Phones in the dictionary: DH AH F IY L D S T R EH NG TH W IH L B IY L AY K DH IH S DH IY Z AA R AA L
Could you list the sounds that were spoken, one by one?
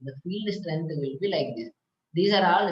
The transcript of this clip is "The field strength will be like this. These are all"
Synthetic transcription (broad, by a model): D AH F IY L D S T R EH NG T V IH L B IY L AY K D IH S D IY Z AA R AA L